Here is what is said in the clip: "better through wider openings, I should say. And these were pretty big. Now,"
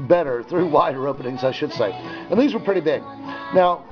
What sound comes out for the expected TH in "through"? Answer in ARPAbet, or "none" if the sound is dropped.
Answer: TH